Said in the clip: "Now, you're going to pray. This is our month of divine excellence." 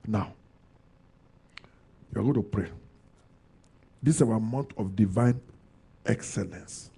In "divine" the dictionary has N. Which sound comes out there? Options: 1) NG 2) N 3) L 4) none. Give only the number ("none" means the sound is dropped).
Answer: 2